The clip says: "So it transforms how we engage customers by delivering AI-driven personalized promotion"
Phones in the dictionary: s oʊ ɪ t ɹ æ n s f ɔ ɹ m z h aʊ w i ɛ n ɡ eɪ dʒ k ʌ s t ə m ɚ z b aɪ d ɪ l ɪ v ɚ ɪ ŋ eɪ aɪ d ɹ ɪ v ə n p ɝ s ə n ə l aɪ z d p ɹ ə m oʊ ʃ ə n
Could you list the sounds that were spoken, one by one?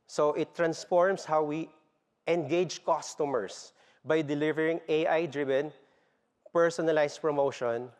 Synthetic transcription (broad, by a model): s oʊ ɪ t ɹ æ n s f ɔ ɹ m s h aʊ w i ɛ n ɡ eɪ dʒ k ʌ s t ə m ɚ s b aɪ d ɪ l ɪ v ɚ ɪ ŋ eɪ aɪ d ɹ ɪ v ə n p ɝ s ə n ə l aɪ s p ɹ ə m oʊ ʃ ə n